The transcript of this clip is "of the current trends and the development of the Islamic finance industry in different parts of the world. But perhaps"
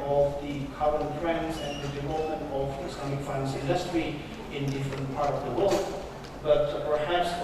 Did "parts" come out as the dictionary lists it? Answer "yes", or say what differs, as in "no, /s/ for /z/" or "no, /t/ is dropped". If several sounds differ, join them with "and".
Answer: no, /s/ is dropped